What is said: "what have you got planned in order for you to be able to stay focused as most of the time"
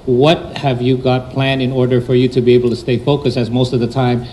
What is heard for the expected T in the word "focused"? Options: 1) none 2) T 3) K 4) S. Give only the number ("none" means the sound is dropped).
1